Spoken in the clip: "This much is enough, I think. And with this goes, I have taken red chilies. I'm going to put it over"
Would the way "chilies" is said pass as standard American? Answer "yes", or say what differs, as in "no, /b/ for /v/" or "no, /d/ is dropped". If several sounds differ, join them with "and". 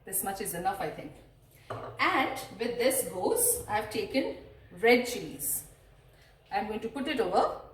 no, /n/ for /l/